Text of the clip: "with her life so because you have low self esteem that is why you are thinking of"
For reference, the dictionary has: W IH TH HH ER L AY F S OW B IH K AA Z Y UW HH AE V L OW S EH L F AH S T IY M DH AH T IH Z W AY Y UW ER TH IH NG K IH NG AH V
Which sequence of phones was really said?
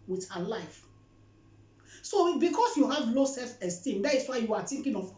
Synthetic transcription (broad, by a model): W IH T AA L AY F S OW B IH K AA S Y UW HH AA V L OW S EH L F AH S T IY M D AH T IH S W AY Y UW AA T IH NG K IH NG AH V